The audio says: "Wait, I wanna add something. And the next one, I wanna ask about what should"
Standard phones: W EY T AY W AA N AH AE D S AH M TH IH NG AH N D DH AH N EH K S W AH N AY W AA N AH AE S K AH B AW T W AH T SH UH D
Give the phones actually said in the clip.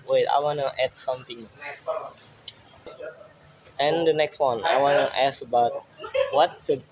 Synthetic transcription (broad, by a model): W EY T AY W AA N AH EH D S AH M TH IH NG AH N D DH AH N EH K S W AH N AY W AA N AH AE S AH B AW T W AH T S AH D